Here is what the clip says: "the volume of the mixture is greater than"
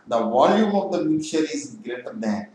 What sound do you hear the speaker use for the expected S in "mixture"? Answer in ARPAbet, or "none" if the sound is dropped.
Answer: none